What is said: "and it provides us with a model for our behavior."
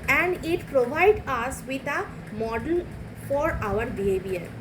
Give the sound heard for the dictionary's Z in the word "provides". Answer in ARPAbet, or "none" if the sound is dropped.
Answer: none